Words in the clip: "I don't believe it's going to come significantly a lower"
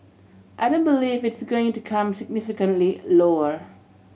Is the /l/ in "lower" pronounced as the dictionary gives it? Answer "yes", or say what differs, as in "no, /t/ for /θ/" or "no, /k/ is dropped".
yes